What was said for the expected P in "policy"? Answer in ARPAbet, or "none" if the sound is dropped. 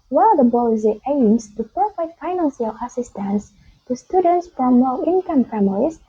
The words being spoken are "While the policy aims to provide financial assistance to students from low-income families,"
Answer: B